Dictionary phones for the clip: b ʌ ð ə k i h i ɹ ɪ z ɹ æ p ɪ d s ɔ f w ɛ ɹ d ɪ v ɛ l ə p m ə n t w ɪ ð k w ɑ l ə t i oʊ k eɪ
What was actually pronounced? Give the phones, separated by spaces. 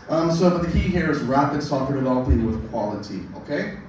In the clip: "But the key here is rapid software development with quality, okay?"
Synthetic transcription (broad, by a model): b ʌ ð ə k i h i ɹ ɪ z ɹ æ p ɪ d s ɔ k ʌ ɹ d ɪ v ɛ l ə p ə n w ɪ ð k w ɑ l ə t i oʊ k eɪ